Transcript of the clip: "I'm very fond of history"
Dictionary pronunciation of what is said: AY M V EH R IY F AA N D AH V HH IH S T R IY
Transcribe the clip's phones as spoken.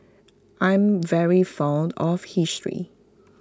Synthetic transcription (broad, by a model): AY M V EH R IY F AA N D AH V HH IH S T R IY